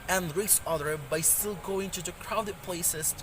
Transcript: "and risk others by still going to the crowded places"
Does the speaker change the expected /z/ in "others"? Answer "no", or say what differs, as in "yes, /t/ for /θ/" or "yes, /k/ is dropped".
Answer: yes, /z/ is dropped